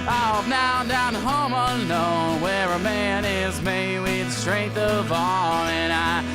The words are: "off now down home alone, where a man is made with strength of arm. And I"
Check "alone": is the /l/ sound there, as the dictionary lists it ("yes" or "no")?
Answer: no